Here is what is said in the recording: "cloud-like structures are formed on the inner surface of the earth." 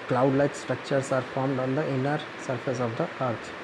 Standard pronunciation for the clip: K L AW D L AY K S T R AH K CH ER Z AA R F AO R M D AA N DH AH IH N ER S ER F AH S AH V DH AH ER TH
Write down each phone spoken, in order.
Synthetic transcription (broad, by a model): K L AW D L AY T S T R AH K CH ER S AA R F AO R M D AA N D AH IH N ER S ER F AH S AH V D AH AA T